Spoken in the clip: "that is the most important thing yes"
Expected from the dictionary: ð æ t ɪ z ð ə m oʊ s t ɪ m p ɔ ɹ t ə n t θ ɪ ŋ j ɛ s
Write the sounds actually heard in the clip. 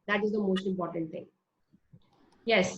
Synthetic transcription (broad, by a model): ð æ t ɪ z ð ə m oʊ s t ɪ m p ɔ ɹ t ə n t t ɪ ŋ j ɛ s